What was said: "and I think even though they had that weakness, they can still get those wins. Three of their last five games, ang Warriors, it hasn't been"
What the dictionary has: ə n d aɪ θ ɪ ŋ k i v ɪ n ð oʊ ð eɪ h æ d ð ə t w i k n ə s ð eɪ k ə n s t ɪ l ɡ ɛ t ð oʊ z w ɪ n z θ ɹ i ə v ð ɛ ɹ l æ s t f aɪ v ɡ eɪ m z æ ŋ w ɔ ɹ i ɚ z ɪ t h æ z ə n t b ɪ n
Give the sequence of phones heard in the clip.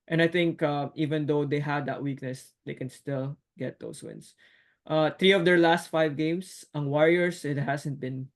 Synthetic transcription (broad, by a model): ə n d aɪ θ ɪ ŋ k i v ɪ n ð oʊ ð eɪ h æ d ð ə t w i k n ə s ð eɪ k ə n s t ɪ l ɡ ɛ t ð oʊ s w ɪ n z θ ɹ i ə v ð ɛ ɹ l æ s t f aɪ v ɡ eɪ m s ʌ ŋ w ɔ ɹ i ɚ s ɪ t h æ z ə n t b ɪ n